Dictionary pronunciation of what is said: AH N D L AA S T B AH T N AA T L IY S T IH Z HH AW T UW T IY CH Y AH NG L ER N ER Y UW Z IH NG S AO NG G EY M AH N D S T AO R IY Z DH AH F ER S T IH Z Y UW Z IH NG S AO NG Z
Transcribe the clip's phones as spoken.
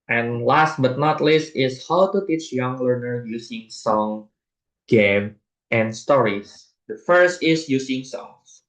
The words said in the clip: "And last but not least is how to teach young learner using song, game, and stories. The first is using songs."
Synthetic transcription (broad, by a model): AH N L AA S T B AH T N AA T L IY S T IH S HH AW T UW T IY CH Y AH NG L ER N ER Y UW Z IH NG S AO NG G EY M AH N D S T AO R IY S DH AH F ER S T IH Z Y UW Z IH NG S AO NG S